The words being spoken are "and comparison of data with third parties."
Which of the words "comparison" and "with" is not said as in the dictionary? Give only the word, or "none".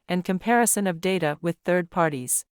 none